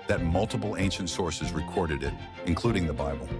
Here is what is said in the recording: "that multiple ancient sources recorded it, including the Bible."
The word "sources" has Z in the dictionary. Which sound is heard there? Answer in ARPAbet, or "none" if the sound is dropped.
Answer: Z